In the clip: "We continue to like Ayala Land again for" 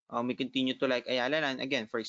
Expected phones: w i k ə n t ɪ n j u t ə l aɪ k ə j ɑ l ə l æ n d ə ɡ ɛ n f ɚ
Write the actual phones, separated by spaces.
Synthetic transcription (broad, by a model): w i k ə n t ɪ n j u t ə l aɪ k ə j ɑ l ə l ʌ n ə ɡ ɛ n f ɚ